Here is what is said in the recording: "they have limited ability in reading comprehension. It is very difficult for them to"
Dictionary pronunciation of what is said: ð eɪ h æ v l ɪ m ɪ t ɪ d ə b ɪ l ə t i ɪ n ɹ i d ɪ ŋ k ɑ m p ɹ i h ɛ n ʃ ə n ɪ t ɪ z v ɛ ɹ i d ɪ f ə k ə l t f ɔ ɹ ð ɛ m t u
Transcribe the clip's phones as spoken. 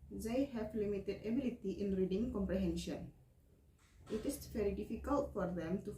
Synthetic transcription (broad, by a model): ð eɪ h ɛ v l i m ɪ t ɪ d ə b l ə t i ɪ n ɹ i d ɪ ŋ k ɑ m p ɹ i h ɛ n ʃ ə n ɪ t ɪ s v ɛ ɹ i d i f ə k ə l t f ɔ ɹ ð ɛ m t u